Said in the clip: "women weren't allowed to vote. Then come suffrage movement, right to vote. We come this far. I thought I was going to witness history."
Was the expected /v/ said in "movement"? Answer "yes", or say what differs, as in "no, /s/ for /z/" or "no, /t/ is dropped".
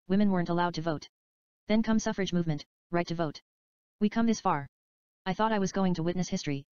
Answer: yes